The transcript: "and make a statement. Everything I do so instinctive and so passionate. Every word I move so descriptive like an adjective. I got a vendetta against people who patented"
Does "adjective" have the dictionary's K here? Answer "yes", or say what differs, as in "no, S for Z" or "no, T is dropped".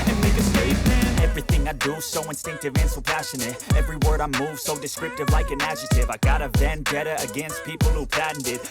no, K is dropped